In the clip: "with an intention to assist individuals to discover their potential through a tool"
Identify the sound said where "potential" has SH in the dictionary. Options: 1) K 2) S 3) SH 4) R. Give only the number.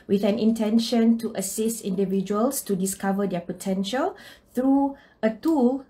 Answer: 3